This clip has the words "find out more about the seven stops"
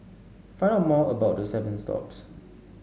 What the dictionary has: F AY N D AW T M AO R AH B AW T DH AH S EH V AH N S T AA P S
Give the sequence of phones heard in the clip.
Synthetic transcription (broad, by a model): F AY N AH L M AO AH B AW T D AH S EH V AH N S T AA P S